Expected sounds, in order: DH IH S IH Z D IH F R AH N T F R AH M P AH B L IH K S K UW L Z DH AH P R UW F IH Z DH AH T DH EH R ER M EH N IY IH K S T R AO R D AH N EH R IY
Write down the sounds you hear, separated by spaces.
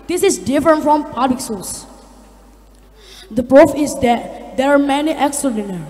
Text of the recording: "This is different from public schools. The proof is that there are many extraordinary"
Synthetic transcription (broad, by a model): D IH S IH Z D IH F R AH N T F R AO M P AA B L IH K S UW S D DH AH P R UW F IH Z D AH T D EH R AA M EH N IY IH K S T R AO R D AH N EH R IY